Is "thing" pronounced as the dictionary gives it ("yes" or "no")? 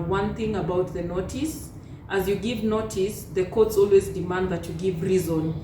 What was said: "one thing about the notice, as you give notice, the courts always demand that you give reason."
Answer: yes